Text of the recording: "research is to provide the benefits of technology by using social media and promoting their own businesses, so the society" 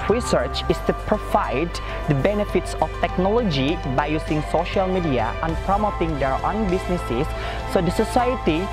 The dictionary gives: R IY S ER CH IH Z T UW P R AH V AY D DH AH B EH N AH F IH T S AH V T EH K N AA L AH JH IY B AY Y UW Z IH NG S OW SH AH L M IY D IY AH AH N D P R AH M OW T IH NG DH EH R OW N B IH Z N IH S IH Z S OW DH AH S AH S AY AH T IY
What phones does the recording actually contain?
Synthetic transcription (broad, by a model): R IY S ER CH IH S T UW P R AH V AY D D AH B EH N AH F IH T S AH F T EH K N AA L AH JH IY B AY Y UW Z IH NG S OW SH AH L M IY D IY AH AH N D P R AH M OW T IH NG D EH R OW N B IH S N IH S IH S OW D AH S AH S AY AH T IY